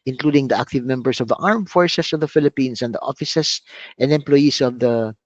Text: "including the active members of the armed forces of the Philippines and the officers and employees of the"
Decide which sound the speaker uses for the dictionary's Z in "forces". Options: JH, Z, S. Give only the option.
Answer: S